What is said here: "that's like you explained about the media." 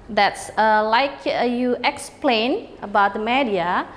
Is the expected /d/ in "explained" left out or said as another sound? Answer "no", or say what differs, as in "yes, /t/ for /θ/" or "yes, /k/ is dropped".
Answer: yes, /d/ is dropped